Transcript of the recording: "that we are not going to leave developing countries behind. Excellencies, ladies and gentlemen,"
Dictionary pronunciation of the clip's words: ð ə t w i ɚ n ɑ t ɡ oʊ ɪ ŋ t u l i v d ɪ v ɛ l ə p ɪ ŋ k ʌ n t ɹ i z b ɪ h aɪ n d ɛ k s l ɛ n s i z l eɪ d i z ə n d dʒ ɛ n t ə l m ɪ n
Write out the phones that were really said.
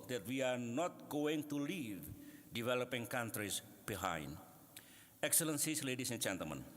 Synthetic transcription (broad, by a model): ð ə t w i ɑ n ɑ t ɡ oʊ ɪ ŋ t u l i v d ɪ v ɛ l ə p ɪ ŋ k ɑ n t ɹ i s b ɪ h aɪ n d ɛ k s l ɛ n s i s l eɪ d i s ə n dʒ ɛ n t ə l m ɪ n